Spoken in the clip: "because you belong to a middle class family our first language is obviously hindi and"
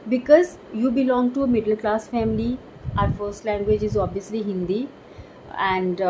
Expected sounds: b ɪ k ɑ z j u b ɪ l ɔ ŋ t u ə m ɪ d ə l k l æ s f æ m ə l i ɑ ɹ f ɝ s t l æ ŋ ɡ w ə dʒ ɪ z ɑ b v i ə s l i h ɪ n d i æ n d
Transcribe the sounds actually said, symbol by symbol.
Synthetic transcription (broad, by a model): b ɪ k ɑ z j u b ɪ l ɔ ŋ t u ə m ɪ d ə l k l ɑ s f æ m ə l i ɑ ɹ f ɝ s t l æ ŋ ɡ w ə dʒ ɪ z ɑ b v i ə s l i h ɪ n d i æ n d